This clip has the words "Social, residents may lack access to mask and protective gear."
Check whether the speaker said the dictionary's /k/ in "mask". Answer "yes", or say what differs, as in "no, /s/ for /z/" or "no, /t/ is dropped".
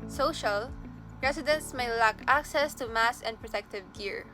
no, /k/ is dropped